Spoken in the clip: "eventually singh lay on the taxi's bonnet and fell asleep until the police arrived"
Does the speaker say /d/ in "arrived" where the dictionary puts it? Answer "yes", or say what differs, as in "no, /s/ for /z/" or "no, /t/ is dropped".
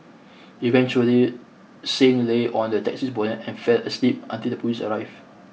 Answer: no, /d/ is dropped